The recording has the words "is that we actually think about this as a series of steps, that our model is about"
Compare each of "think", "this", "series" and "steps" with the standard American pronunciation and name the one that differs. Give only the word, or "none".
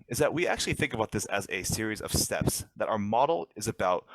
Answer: none